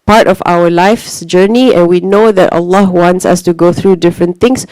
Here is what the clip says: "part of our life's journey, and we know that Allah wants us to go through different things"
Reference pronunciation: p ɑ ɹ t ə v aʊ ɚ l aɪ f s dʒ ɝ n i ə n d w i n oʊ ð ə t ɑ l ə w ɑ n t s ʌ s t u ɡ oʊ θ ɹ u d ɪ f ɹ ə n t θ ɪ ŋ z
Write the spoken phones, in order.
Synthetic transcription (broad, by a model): p ɑ ɹ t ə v aʊ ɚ l aɪ f s dʒ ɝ n i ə n w i n oʊ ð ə t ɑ l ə w ɑ n t s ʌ s t u ɡ oʊ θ ɹ u d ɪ f ɹ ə n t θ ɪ ŋ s